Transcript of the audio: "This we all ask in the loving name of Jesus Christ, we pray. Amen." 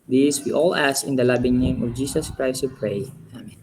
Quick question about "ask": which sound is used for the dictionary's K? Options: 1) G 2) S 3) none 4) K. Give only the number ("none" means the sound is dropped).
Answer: 3